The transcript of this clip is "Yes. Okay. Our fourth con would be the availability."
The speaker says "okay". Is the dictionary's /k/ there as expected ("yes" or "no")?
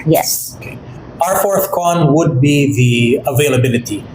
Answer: no